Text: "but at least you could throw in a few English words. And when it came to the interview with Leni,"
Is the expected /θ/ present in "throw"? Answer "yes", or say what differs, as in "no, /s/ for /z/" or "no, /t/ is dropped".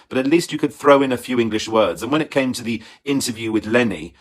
yes